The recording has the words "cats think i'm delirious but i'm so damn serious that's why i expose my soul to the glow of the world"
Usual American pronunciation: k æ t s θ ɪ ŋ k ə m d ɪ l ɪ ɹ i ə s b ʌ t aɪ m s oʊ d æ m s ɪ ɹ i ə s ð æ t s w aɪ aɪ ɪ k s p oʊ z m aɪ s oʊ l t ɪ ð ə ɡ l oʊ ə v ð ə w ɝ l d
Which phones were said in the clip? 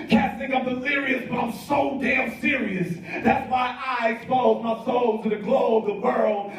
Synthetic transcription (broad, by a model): k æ s t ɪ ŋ ə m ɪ l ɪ ɹ i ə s b ʌ t aɪ m s oʊ d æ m s ɪ ɹ i ə s ð æ t s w aɪ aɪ ɪ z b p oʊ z m aɪ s oʊ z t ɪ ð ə ɡ l oʊ ə v ð ə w ɝ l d